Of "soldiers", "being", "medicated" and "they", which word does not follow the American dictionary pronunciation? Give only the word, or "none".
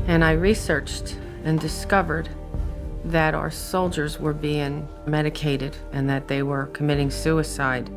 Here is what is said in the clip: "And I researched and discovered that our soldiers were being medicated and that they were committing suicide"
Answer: none